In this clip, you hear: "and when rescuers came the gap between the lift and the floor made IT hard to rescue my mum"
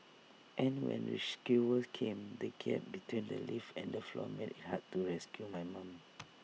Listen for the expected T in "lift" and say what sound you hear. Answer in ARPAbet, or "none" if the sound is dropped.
none